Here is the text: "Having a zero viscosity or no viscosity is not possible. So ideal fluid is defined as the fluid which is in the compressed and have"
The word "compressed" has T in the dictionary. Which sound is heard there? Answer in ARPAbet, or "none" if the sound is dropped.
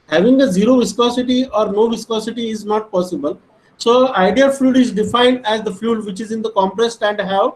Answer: T